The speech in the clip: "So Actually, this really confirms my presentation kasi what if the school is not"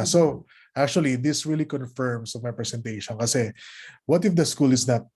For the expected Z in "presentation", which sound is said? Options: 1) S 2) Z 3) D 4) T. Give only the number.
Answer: 1